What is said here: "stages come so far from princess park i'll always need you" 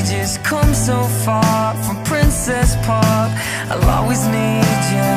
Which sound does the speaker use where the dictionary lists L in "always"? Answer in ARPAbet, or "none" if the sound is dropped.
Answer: none